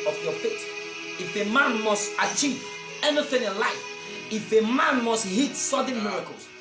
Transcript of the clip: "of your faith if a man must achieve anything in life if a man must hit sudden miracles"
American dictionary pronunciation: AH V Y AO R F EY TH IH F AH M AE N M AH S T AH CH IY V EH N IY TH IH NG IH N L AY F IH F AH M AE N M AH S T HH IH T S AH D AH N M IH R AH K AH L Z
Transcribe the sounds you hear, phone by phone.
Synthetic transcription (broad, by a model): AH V Y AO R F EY T IH F AH M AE N M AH S T AH CH IY V EH N IY TH IH NG IH N L AY F IH F AH M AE N M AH S T HH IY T S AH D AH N M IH R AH K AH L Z